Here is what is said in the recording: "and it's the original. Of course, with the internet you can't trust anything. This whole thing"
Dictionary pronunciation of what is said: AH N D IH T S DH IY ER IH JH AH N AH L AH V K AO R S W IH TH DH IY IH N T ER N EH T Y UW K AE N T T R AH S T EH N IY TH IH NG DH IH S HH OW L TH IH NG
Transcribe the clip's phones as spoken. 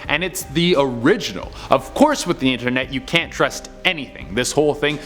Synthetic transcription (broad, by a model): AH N IH T S DH IY ER IH JH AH N L AH V K AO R S W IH DH IY IH N T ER N EH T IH K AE N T T R AH S T EH N IY TH IH NG DH IH S HH OW L TH IH NG